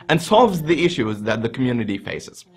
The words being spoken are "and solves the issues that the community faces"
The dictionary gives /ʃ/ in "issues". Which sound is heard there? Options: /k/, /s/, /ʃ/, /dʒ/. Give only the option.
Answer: /ʃ/